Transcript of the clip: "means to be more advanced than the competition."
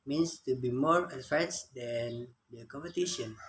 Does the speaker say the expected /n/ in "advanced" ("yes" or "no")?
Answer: no